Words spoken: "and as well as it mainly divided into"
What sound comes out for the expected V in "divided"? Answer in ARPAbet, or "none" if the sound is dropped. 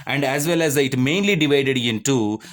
V